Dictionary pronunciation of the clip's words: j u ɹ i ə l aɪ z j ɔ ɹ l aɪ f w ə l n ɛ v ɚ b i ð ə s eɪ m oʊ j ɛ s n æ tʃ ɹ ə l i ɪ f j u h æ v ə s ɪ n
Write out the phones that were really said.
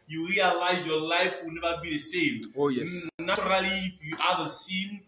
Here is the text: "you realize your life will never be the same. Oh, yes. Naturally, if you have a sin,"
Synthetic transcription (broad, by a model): j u ɹ i ə l aɪ z j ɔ l aɪ f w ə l n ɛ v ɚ b i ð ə s eɪ m oʊ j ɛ n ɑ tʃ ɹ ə l i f j u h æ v ə s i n